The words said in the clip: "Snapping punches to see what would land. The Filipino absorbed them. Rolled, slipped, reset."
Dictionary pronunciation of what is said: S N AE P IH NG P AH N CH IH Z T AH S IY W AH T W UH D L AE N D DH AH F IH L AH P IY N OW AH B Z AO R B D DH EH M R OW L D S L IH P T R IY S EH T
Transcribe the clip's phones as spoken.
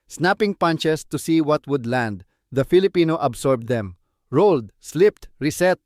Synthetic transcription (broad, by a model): S N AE P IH NG P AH N CH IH S T AH S IY W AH T W UH D L AE N D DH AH F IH L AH P IY N OW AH B S AO R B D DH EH M R OW L D S L IH P T R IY S EH T